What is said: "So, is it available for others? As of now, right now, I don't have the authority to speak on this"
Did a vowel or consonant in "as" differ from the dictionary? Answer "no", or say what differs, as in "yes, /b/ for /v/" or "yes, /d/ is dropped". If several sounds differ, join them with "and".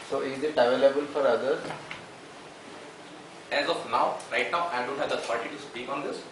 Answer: no